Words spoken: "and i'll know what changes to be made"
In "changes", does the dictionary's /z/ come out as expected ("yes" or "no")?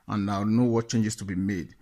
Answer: no